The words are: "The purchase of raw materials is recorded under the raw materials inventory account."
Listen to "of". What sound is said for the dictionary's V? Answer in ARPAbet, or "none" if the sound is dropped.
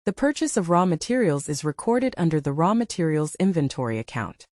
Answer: V